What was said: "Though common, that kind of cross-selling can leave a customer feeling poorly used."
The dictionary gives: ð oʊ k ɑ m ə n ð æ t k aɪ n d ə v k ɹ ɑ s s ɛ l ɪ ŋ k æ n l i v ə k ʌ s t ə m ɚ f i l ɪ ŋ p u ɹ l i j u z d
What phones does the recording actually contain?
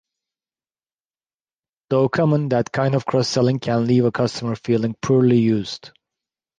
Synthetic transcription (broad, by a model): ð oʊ k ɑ m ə n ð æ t k aɪ n d ə v k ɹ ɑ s s ɛ l ɪ ŋ k æ n l i v ə k ʌ s t ə m ɚ f i l ɪ ŋ p u ɹ l i j u z d